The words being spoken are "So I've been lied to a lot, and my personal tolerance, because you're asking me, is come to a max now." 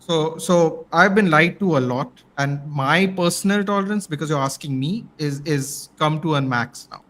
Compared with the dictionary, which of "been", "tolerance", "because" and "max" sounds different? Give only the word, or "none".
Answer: none